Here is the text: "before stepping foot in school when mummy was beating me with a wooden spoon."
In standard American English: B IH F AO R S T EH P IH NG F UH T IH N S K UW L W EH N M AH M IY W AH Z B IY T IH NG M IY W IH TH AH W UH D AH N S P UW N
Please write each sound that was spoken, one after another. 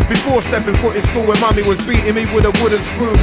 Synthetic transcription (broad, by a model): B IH F AO R S T EH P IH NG F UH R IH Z S K UW L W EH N M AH M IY W AH Z B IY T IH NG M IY W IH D AH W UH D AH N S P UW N